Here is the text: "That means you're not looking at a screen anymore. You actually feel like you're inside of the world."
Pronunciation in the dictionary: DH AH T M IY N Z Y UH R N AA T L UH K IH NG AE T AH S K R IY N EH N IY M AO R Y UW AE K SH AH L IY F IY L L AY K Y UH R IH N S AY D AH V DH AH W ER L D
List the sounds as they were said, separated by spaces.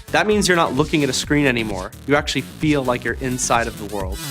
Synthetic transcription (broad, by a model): DH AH T M IY N Z Y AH R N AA T L UH K IH NG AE T AH S K R IY N EH N IY M AO R Y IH AE K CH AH L IY F IY L L AY K Y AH R IH N S AY D AH V DH AH W ER L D